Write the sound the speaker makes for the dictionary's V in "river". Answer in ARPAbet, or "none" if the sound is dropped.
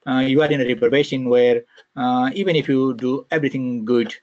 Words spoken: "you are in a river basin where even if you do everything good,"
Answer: P